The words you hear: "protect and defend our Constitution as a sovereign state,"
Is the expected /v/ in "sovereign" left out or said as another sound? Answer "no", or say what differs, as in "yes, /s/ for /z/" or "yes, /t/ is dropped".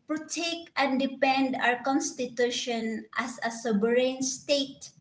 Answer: yes, /b/ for /v/